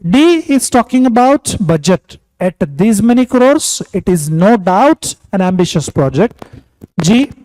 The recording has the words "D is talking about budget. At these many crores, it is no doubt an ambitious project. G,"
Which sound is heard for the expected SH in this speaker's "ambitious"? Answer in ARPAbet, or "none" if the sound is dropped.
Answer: SH